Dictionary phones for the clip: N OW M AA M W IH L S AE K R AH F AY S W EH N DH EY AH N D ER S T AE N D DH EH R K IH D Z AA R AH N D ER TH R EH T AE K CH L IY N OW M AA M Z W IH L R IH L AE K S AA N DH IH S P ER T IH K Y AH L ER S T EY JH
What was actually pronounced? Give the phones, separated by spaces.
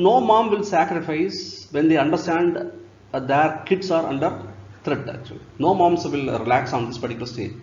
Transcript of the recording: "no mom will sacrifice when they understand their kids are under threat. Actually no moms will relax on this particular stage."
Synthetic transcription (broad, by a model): N OW M AA M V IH L S AE K R AH F AY S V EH N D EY AH N D ER S T AE N D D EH R K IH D S AA R AH N D ER T R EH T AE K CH IY N OW M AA M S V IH L R IH L AE K S AA N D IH S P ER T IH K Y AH L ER S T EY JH